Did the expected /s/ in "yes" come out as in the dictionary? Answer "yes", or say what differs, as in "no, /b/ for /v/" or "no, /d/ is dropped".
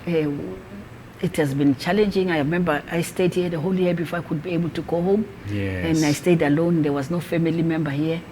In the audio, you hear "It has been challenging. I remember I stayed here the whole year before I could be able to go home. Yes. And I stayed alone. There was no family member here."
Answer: no, /s/ is dropped